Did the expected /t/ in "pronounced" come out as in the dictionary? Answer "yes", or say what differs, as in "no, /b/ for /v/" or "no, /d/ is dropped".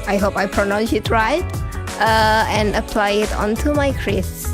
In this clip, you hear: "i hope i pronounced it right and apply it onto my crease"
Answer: no, /t/ is dropped